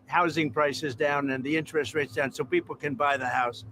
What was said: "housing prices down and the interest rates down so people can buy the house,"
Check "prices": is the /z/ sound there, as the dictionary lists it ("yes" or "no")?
yes